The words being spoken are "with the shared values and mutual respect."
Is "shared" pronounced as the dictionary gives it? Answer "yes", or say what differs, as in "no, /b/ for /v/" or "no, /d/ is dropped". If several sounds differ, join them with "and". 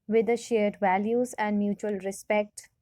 yes